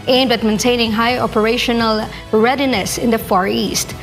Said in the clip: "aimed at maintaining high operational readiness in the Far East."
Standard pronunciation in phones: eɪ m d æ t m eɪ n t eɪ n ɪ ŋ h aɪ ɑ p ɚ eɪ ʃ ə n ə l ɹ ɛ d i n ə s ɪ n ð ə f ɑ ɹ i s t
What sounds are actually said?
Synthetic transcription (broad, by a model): eɪ m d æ t m eɪ n t eɪ n ɪ ŋ h aɪ ɑ p ɚ eɪ ʃ ə n ə l ɹ ɛ d i n ə s ɪ n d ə f ɑ ɹ i s t